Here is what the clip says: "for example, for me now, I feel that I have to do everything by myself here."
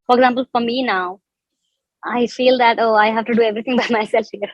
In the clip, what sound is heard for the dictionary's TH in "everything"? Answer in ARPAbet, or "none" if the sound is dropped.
T